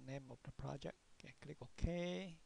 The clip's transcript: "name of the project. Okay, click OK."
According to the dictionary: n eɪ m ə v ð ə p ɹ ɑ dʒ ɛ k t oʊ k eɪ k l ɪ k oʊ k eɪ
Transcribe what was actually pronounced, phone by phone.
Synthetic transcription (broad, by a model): n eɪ m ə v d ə p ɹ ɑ dʒ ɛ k ɛ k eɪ k l ɪ k oʊ k eɪ